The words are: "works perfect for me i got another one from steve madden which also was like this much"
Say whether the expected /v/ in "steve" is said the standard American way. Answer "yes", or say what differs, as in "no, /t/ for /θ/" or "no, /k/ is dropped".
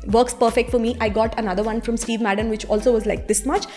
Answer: yes